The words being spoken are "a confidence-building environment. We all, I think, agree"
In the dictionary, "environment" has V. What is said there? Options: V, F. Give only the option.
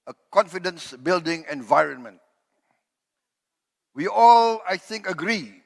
V